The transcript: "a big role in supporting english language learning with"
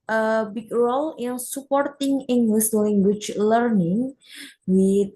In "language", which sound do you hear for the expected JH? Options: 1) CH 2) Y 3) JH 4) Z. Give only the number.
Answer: 1